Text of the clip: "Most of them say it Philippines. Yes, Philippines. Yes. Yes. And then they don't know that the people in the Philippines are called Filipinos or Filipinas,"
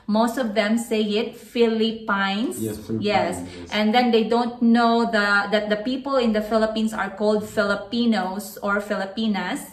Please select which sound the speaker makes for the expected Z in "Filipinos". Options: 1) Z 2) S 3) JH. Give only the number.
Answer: 2